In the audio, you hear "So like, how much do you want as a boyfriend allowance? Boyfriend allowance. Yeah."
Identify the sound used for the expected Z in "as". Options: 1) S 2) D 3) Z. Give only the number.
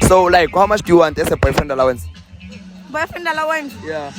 1